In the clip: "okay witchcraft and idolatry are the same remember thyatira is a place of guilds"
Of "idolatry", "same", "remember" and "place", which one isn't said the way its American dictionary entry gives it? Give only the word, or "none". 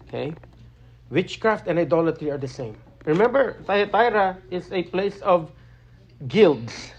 none